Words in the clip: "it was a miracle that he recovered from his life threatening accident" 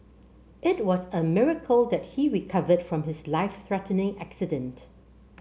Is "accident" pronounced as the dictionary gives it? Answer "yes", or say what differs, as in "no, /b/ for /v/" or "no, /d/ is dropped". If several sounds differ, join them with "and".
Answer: yes